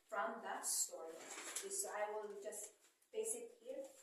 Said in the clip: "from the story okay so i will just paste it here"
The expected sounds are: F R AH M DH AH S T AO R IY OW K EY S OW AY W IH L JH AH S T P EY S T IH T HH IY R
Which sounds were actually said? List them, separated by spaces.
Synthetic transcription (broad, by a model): F R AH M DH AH S T AO R IY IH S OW AY W IH L JH AH S T B EY S IH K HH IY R